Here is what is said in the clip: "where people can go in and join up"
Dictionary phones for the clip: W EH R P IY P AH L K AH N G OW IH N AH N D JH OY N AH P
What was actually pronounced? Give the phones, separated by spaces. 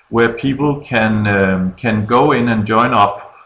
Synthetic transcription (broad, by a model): W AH R P IY P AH N K AH N G OW IH N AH N JH OY N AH P